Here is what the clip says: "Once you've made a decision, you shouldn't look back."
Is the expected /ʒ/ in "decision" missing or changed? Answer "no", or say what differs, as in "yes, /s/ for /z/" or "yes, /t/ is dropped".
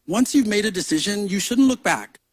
no